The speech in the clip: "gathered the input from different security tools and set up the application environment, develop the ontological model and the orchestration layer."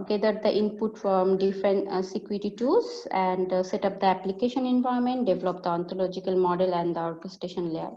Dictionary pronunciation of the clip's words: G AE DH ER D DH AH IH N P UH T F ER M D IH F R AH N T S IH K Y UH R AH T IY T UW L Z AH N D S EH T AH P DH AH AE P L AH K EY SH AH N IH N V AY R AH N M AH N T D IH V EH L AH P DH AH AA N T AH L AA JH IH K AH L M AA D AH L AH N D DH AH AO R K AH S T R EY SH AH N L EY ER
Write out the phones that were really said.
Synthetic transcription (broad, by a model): G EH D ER D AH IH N P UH T F ER M D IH F R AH N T S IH K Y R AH T IY T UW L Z AH N D S EH T AH P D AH AE P L AH K EY SH AH N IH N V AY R M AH N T D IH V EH L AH P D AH AA N T AH L AA JH IH K AH L M AA D AH L AH N D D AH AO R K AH S T EY SH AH N L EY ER